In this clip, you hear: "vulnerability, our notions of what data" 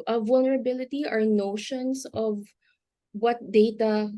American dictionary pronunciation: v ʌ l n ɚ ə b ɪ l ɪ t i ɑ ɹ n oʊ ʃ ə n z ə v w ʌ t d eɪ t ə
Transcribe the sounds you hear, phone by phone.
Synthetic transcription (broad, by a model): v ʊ l n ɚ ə b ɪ l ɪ t i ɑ ɹ n oʊ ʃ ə n s ə v w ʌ t d eɪ t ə